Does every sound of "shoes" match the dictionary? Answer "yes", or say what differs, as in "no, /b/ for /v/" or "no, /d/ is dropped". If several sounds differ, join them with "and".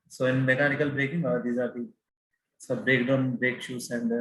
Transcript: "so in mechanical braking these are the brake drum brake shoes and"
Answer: no, /s/ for /z/